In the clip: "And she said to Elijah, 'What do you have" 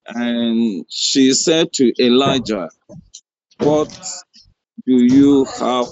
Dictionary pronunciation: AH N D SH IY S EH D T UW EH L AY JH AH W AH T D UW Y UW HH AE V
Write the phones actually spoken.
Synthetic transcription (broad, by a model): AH N SH IY S EH D T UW EH L AY JH AH W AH T D UW Y UW HH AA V